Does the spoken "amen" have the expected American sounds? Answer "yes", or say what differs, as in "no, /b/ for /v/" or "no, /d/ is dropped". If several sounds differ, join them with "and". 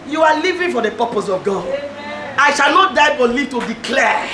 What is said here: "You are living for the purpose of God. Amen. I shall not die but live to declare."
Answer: no, /m/ is dropped